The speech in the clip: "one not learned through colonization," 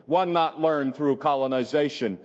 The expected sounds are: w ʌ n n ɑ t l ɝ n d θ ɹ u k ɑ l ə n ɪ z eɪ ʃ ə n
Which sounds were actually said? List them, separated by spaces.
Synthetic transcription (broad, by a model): w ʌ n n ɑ t l ɝ n θ ɹ u k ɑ l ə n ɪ z eɪ ʃ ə n